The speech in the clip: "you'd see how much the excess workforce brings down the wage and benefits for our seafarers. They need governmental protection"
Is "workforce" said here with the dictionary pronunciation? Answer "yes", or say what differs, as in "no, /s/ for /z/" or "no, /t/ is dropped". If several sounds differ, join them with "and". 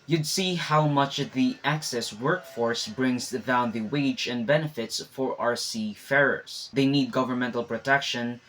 yes